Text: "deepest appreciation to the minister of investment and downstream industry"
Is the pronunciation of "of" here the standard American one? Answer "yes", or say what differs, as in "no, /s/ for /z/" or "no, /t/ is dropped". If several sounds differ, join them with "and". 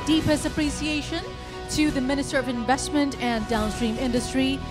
yes